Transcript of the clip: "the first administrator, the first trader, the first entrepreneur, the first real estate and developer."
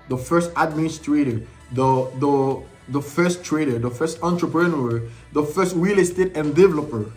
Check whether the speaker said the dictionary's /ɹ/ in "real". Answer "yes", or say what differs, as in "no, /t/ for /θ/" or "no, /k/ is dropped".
no, /w/ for /ɹ/